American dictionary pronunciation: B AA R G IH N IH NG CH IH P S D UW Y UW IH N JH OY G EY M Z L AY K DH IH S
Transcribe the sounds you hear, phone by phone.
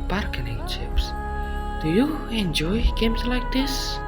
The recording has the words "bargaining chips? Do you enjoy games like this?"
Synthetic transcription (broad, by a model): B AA R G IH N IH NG CH IH P S D UW Y UW IH N JH OY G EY M S L AY K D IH S